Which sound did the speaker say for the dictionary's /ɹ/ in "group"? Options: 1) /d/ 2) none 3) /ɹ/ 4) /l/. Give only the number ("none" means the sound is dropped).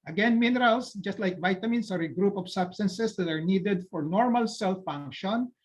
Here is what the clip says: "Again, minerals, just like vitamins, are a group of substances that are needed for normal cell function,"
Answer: 3